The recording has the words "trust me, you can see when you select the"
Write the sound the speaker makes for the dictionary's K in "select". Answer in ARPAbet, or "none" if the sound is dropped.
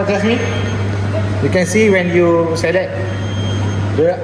none